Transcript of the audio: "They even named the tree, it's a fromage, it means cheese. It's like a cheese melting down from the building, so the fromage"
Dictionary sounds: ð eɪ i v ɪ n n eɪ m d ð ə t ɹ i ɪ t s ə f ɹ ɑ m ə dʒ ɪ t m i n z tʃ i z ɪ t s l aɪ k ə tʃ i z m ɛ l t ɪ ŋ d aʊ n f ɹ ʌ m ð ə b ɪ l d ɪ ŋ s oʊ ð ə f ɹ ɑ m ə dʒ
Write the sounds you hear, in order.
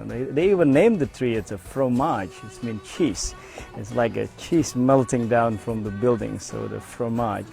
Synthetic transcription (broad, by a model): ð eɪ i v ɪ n n eɪ m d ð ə t ɹ i ɪ t s ə f ɹ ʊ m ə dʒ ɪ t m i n tʃ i s ɪ t s l aɪ k ə tʃ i s m ɛ l t ɪ ŋ d aʊ n f ɹ ʌ m ð ə b ɪ l d ɪ ŋ s oʊ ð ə f ɹ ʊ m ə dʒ